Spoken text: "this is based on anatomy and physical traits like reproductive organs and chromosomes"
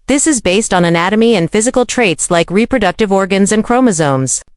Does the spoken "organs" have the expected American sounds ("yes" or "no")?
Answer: yes